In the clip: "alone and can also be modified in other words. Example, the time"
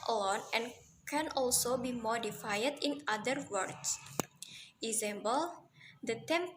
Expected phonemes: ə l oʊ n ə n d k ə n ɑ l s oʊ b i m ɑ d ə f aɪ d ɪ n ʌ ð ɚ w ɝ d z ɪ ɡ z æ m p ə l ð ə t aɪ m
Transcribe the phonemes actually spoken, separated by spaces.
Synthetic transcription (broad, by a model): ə l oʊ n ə n k ə n ɑ l s oʊ b i m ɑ d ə f aɪ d ɪ n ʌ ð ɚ w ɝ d s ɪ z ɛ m b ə l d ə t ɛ m